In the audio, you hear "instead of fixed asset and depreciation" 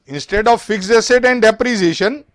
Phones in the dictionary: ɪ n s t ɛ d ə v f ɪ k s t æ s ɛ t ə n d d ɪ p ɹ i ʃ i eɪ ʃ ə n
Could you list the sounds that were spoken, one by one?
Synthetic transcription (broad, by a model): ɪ n s t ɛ d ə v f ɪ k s ɛ s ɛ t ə n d d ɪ p ɹ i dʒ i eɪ ʃ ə n